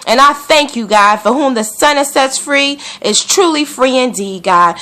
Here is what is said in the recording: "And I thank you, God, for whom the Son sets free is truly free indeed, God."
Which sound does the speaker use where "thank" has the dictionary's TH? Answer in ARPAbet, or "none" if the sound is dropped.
TH